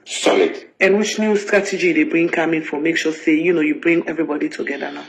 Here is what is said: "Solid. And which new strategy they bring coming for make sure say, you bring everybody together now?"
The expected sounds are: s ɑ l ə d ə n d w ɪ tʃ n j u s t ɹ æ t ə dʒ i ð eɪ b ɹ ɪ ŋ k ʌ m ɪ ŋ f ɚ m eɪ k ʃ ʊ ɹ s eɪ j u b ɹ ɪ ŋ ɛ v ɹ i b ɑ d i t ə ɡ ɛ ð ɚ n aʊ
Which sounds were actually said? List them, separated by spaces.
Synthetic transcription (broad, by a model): s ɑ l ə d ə n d w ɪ tʃ n j u s t ɹ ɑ t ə dʒ i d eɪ b ɹ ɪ ŋ k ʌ m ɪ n f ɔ m eɪ k ʃ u s eɪ j u b ɹ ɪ ŋ ɛ v ɹ i b ɑ d i t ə ɡ ɛ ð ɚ n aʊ